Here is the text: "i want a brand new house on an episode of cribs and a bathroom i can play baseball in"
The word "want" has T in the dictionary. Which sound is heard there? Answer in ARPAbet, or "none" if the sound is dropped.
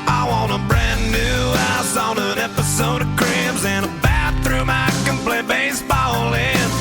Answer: none